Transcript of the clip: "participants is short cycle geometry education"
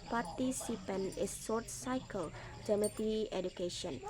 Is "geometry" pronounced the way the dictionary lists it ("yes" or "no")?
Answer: no